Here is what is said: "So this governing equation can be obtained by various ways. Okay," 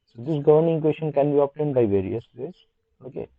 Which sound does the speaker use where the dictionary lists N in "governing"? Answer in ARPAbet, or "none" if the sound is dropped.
N